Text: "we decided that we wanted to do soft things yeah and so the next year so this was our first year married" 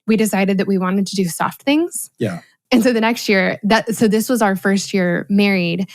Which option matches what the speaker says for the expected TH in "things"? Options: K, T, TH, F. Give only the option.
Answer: TH